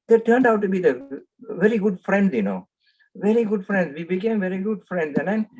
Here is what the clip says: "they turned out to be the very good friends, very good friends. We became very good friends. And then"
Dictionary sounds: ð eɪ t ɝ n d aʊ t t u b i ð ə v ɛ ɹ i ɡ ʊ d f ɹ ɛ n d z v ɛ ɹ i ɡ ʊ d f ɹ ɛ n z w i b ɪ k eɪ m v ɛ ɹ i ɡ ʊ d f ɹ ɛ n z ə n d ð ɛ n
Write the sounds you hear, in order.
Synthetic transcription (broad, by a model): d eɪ t ɝ n d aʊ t t u b i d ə v ɛ ɹ i ɡ ʊ d f ɹ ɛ n d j v ɛ ɹ i ɡ ʊ d f ɹ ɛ n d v i b ɪ k eɪ m v ɛ ɹ i ɡ ʊ d f ɹ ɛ n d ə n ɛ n